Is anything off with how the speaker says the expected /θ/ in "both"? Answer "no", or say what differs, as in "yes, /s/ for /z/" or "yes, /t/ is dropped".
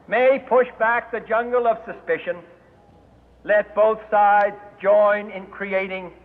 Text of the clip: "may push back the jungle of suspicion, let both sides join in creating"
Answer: no